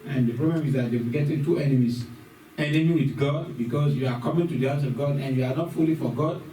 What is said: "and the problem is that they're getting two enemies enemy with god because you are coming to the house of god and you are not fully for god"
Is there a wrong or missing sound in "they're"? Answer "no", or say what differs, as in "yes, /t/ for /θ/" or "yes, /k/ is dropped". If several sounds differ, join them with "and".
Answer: yes, /w/ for /ɹ/